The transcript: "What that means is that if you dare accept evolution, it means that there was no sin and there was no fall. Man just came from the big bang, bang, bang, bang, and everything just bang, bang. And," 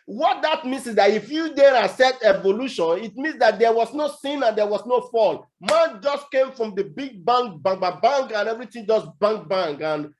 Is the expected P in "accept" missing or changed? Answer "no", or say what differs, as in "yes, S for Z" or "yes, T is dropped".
yes, P is dropped